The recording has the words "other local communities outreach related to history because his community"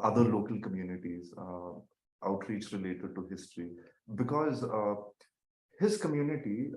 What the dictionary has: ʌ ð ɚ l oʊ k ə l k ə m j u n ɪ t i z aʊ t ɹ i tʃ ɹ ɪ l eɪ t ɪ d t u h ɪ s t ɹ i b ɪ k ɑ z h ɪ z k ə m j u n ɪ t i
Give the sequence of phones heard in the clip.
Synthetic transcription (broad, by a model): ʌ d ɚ l oʊ k ə l k ə m j u n ɪ t i z aʊ t ɹ i tʃ ɹ ɪ l eɪ t ɪ d t u h ɪ s t ɹ i b ɪ k ɑ z h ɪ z k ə m j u n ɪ t i